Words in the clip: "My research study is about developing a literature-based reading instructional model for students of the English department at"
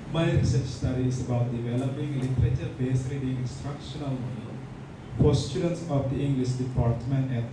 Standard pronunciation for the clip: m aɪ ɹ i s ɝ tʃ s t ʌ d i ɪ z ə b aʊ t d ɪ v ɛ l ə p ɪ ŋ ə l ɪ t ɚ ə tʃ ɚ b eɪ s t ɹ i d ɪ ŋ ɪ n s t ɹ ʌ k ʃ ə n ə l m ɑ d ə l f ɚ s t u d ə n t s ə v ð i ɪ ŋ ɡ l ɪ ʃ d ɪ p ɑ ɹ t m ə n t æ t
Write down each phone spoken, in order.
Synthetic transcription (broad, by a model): m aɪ ɹ i s ɝ tʃ s t ʌ d i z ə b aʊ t d ɪ v ɛ l ə p ɪ ŋ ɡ l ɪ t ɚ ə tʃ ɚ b eɪ s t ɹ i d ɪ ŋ ɪ n s t ɹ ʌ k ʃ ə n ə l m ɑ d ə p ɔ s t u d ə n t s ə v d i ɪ ŋ ɡ l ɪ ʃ d ɪ p ɑ ɹ t m ə n t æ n